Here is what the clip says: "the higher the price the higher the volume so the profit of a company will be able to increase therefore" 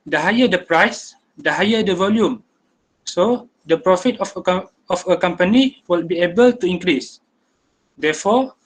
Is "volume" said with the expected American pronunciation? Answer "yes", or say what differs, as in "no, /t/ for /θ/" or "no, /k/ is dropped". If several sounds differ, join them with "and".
yes